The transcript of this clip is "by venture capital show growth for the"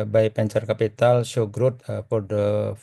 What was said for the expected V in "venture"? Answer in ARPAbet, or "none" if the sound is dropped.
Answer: P